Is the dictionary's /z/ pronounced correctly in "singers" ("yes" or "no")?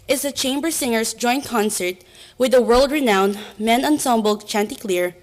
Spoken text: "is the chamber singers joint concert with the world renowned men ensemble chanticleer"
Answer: no